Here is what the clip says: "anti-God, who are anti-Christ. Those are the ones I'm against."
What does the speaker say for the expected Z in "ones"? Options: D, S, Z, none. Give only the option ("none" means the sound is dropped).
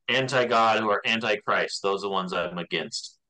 Z